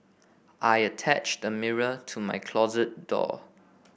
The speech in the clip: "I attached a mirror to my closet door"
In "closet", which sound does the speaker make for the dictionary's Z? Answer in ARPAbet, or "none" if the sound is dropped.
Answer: Z